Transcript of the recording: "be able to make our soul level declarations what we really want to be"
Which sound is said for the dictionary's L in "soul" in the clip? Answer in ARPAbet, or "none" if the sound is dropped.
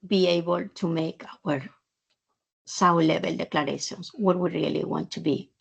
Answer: W